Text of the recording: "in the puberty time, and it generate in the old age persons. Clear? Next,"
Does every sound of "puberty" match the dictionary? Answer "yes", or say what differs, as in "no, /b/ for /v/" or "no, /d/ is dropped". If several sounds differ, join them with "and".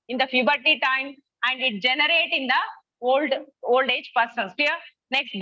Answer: no, /f/ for /p/